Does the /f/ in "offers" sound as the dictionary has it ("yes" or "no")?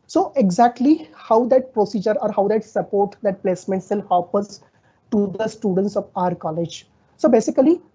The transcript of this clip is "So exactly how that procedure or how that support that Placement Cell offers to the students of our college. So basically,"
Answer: no